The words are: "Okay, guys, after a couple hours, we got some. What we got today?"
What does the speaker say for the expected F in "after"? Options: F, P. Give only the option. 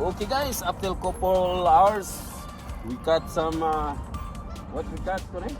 P